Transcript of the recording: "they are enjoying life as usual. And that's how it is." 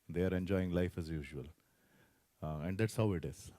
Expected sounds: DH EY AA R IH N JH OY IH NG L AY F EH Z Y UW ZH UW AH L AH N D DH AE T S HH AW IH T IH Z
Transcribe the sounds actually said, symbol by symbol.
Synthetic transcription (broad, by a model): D EY AA R IH N JH OY IH NG L AY F EH Z Y UW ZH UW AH L AH N D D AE T S HH AW IH T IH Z